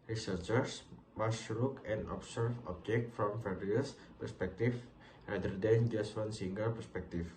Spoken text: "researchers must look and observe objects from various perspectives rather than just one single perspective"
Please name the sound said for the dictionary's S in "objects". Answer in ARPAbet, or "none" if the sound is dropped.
none